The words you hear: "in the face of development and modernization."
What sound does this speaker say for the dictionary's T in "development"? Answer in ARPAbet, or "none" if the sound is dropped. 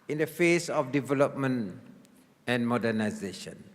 none